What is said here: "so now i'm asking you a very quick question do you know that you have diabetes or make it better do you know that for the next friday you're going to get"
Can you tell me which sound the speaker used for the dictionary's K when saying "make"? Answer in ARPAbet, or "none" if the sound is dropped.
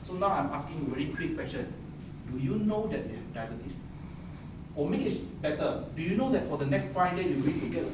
none